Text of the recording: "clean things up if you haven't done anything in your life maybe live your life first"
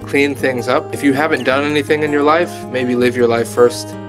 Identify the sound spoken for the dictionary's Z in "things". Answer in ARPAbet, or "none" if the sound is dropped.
Z